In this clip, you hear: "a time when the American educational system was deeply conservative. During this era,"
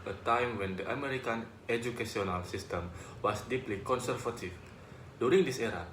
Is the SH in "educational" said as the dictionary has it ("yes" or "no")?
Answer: no